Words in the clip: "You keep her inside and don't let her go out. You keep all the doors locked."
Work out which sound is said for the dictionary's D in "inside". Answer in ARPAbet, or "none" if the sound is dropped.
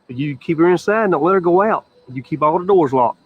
none